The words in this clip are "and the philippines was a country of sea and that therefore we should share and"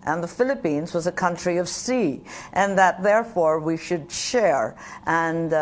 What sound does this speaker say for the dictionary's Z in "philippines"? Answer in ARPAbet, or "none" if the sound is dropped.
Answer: Z